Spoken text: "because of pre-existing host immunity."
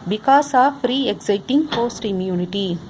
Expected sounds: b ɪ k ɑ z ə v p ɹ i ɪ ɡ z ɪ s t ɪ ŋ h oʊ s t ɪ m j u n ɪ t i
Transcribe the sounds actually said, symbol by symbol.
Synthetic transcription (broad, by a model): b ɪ k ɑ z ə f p ɹ i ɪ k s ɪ t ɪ ŋ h oʊ s t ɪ m j u n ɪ t i